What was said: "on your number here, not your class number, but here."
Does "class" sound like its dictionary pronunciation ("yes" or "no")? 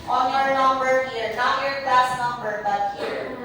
no